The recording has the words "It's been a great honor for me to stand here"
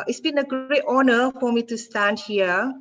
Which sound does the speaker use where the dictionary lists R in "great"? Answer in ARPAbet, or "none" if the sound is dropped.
none